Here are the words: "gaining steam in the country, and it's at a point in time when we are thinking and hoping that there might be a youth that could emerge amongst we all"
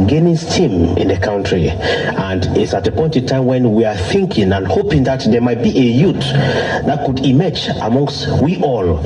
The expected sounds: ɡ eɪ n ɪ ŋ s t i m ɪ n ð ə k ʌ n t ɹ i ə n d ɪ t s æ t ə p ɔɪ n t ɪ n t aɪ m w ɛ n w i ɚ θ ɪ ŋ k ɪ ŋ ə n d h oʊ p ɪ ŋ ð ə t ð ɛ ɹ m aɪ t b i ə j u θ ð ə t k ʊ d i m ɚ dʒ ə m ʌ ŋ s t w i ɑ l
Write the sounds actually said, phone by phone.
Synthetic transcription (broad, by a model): ɡ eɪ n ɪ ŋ s t i m ɪ n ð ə k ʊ n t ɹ i ə n d ɪ t s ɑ t ə p ɔɪ n t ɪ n t aɪ m w ɛ n w i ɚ θ ɪ ŋ k ɪ ŋ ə n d h oʊ p ɪ ŋ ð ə t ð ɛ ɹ m aɪ t b i ə j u t ð ə t k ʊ d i m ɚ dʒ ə m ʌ ŋ s t w i ɑ l